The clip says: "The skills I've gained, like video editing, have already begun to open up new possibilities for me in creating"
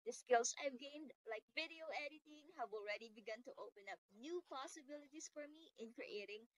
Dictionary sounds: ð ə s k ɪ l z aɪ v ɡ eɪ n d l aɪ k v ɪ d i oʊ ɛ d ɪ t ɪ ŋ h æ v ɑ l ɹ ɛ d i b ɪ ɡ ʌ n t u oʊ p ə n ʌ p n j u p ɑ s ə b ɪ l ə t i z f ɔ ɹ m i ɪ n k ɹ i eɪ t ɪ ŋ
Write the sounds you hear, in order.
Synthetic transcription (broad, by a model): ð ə s k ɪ l s aɪ v ɡ eɪ n d l aɪ k v ɪ d i oʊ ɛ d ɪ t ɪ ŋ h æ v ɑ l ɹ ɛ d i b ɪ ɡ ʌ n t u oʊ p ə n ʌ p n j u p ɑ s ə b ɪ l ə t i s f ɔ ɹ m i ɪ n k ɹ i eɪ t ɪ ŋ